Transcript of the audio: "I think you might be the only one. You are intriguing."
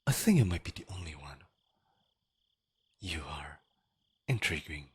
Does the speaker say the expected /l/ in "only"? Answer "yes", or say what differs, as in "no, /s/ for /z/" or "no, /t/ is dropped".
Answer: yes